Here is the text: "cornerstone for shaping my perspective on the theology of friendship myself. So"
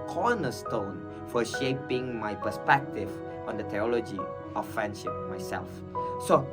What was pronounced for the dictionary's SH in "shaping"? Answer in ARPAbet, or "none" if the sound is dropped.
SH